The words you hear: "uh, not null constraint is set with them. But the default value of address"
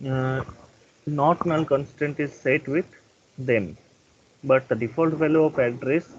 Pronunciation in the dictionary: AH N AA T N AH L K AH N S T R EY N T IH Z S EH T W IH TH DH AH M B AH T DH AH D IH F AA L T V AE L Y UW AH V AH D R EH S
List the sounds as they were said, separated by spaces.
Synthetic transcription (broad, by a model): N AA T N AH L K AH N S T EY N T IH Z S EH T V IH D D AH M B AH T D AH D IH F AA L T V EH L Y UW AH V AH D R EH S